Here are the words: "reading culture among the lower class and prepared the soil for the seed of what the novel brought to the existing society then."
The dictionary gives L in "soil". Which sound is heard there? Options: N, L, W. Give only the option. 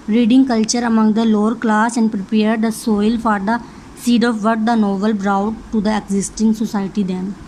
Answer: L